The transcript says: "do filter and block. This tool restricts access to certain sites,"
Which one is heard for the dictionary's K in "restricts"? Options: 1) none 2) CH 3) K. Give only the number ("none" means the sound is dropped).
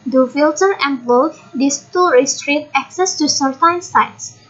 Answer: 1